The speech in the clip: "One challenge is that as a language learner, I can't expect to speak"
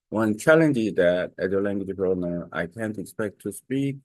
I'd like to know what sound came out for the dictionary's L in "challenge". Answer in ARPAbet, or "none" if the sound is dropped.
L